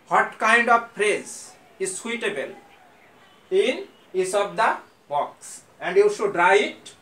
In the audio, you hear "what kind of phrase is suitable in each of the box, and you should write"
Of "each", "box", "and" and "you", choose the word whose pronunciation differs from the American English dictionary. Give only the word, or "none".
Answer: each